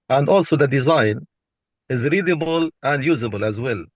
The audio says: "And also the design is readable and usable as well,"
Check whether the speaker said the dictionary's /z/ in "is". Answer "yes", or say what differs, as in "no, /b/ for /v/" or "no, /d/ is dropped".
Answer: yes